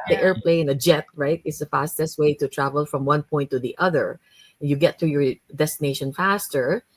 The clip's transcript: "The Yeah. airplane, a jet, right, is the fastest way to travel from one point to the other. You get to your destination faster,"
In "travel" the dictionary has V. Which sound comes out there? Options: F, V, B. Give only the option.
V